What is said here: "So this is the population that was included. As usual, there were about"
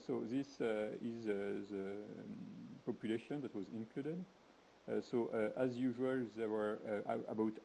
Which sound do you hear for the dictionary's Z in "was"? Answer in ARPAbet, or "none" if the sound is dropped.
Z